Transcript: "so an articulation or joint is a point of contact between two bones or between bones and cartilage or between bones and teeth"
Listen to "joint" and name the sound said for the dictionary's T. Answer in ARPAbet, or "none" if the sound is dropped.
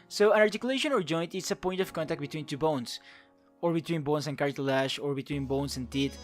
T